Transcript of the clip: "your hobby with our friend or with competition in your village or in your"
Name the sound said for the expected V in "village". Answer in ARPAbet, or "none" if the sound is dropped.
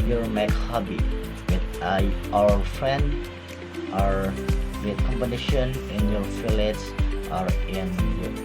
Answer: F